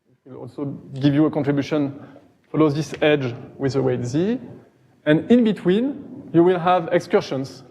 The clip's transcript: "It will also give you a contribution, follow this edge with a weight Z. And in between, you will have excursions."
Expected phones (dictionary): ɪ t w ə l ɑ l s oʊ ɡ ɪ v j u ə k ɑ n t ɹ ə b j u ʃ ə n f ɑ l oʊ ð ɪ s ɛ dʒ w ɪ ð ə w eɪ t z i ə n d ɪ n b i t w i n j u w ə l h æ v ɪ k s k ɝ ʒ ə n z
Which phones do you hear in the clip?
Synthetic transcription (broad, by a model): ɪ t w ə l ɑ l s oʊ ɡ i v j u ə k ɑ n t ɹ ə b j u ʃ ə n f ɑ l oʊ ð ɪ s ɛ dʒ w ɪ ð ə w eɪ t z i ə n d ɪ n b i t w i n j u w ə l h æ v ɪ k s k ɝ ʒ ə n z